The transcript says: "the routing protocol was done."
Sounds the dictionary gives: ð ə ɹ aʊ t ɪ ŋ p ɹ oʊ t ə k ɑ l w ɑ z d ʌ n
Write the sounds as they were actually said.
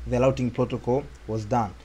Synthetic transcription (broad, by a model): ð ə l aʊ t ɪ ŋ p ɹ oʊ t ə k ɑ l w ɑ z d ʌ n